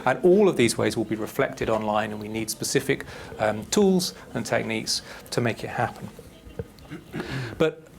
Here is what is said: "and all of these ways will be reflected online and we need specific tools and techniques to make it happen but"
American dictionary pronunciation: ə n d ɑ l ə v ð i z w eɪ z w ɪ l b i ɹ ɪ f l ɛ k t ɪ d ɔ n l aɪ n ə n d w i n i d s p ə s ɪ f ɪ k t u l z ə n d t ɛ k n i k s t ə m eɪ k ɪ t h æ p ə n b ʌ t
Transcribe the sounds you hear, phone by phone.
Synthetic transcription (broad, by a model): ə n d ɑ l ə v ð i z w eɪ z w ɪ l b i ɹ ɪ f l ɛ k t ɪ d ɔ n l aɪ n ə n w i n i d s p ə s ɪ f ɪ k t u l z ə n t ɛ k n i k s t ə m eɪ k ɪ t h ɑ p ə n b ʌ t